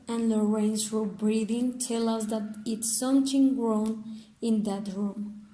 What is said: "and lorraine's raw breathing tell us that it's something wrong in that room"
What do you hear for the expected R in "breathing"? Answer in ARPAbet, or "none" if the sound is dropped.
R